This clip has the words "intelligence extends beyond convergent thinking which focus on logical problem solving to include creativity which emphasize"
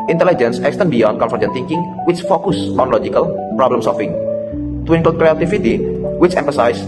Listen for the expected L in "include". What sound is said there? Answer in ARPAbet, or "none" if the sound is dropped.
none